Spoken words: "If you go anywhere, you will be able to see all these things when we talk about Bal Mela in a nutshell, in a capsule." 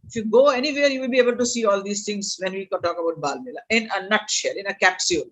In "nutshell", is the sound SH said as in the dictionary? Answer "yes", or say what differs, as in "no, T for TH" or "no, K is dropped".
yes